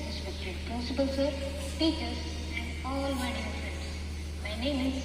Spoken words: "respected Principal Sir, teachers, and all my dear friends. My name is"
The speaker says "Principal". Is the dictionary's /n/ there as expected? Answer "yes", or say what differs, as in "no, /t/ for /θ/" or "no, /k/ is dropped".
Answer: no, /n/ is dropped